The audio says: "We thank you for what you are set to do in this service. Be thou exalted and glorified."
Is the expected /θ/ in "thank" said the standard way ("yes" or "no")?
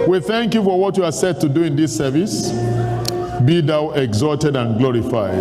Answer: yes